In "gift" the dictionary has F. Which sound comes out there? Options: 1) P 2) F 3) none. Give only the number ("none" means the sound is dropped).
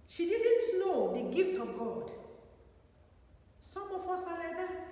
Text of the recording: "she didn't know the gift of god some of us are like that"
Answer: 2